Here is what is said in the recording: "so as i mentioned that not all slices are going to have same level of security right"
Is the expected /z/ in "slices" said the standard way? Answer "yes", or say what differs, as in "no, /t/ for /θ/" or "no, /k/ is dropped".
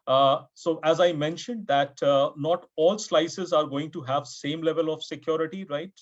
yes